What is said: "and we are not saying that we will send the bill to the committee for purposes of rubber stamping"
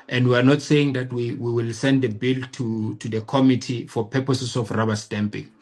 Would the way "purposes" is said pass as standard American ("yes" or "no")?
no